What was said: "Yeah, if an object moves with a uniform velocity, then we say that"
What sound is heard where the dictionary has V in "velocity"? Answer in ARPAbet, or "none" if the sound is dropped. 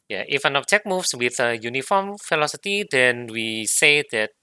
F